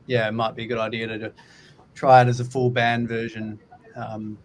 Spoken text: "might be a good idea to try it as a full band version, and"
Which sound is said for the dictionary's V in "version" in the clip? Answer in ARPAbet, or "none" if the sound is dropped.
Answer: V